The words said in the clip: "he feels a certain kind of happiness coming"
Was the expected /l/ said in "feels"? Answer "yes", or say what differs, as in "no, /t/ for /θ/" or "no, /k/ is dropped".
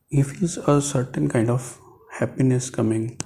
no, /l/ is dropped